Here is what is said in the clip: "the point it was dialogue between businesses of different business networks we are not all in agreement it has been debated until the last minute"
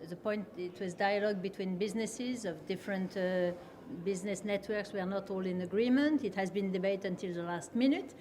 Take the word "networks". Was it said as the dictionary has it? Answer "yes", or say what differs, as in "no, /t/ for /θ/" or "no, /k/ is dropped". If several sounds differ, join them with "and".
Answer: yes